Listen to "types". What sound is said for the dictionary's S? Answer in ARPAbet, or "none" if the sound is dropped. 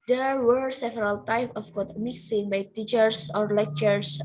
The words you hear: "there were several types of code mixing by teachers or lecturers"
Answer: none